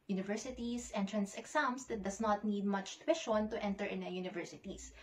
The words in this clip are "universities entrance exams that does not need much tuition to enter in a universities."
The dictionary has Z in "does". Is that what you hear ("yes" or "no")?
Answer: no